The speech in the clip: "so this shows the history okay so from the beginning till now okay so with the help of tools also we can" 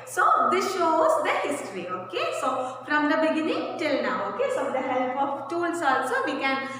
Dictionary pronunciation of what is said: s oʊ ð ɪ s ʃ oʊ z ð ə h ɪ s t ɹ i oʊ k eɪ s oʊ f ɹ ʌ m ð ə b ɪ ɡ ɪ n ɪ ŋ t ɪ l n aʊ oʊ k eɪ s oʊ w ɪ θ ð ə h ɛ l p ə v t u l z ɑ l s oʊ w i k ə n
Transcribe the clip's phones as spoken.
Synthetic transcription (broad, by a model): s oʊ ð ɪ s ʃ oʊ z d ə h ɪ s t ɹ i oʊ k eɪ s oʊ f ɹ ʌ m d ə b ɪ ɡ ɪ n ɪ ŋ t ɪ l n aʊ oʊ k eɪ s oʊ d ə h ɛ l p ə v t u l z ɑ l s oʊ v i k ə n